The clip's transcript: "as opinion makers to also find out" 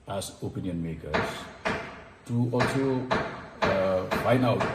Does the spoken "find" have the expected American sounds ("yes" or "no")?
no